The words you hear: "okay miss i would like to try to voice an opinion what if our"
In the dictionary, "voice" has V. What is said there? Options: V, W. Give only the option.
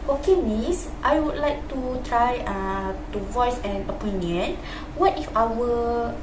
V